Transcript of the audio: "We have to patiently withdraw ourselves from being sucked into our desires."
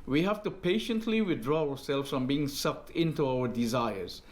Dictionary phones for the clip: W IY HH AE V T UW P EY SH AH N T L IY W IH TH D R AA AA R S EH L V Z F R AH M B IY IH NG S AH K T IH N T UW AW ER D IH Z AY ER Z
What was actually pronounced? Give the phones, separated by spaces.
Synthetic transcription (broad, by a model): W IY HH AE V T UW P EY SH AH N T L IY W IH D R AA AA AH S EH L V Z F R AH M B IY IH NG S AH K T IH N T UW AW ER D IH Z AY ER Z